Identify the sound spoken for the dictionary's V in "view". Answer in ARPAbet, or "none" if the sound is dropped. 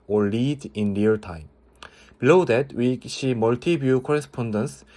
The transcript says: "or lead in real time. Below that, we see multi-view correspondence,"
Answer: B